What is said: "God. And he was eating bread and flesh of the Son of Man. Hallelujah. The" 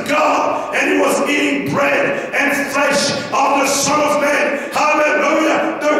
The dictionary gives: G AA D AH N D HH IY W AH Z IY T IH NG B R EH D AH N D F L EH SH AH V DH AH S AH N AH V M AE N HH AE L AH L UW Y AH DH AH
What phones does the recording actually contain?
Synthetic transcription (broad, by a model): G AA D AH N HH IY W AH Z IY T IH NG B R EH D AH N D F L EH SH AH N DH AH S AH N AH V M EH N HH AE L AH L UW Y AH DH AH